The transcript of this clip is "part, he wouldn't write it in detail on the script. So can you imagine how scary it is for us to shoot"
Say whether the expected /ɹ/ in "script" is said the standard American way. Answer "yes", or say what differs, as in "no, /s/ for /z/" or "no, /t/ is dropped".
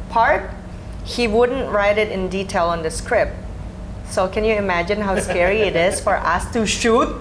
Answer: yes